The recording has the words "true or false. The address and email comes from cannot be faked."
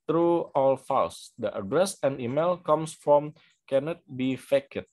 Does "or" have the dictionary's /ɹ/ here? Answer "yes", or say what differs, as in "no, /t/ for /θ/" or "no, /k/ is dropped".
no, /l/ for /ɹ/